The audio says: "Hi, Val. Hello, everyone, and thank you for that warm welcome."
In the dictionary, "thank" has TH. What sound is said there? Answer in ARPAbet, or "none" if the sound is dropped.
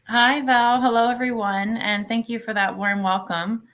TH